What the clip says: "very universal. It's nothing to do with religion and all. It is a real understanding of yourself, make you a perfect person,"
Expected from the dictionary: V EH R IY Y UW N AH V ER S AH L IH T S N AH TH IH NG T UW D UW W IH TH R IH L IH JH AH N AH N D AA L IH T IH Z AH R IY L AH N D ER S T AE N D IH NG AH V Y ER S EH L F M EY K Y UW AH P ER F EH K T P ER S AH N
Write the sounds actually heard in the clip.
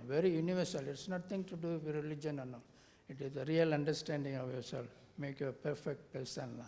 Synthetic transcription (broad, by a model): V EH R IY Y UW N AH V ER S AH L IH T S N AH T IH NG T UW D UW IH R IH L IH JH AH N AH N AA IH T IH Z AH R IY L AH N D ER S T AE N D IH NG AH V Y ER S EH L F M EY K Y UW AH P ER F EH K T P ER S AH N